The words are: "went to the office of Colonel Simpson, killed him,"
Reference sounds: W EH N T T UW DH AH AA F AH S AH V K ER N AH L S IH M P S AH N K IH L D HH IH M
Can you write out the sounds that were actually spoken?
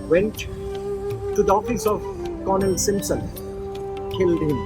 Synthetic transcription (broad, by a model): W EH N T T UW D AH AA F AH S AH V K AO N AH L S IH M P S AH N K IH L D HH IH M